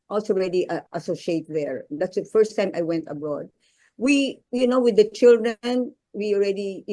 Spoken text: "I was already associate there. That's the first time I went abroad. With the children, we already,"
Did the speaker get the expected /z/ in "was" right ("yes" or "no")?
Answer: no